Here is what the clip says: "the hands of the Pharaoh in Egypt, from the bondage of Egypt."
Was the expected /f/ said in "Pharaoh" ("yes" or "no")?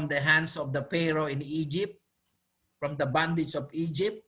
no